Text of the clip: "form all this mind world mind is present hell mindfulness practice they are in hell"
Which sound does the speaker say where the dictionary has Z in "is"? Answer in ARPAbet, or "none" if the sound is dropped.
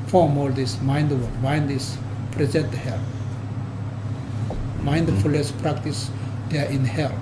S